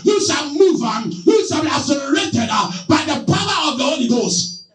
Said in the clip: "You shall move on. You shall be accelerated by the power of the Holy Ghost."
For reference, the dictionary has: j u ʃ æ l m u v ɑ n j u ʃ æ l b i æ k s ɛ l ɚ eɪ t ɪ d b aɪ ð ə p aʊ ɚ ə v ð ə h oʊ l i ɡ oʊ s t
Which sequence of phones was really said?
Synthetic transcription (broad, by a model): j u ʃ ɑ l m u v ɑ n j u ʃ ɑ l b i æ s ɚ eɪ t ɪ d b aɪ ð ə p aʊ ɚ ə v ð ə h oʊ l i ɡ oʊ s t